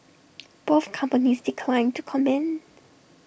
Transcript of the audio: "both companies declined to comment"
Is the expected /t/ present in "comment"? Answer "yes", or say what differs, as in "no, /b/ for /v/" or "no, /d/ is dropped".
no, /t/ is dropped